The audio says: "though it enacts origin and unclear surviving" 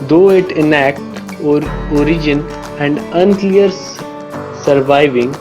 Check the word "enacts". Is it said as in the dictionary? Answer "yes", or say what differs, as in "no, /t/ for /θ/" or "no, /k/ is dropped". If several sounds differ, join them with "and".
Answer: no, /s/ is dropped